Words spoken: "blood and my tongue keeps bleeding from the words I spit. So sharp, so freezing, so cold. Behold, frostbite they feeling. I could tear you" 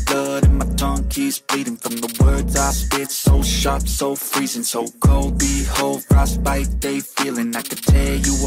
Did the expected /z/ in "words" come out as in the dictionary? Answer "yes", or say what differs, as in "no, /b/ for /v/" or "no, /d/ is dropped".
yes